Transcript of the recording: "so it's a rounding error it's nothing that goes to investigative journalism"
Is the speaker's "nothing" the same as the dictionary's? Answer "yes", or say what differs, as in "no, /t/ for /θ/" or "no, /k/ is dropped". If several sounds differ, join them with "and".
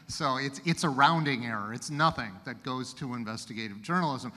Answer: yes